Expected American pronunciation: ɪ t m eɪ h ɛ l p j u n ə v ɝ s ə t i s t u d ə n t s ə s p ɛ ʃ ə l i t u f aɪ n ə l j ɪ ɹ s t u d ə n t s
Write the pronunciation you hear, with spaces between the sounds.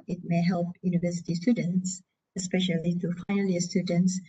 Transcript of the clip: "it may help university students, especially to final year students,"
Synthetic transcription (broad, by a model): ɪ t m eɪ h ɛ l p j u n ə v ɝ s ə t i s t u d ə n t s ə s p ɛ ʃ ə l i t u f aɪ n ə l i s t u d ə n t s